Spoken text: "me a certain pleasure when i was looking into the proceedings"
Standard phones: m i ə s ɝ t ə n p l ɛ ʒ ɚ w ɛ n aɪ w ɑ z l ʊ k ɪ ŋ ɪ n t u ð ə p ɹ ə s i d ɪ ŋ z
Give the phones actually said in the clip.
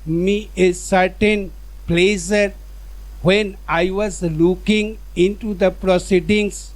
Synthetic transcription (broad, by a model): m i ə s ɝ t ə n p l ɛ s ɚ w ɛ n aɪ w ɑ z l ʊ k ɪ ŋ ɪ n t u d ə p ɹ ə s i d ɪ ŋ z